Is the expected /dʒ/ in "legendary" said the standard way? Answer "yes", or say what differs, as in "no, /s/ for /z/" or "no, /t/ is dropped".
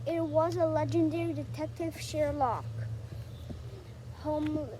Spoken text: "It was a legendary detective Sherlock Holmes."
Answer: yes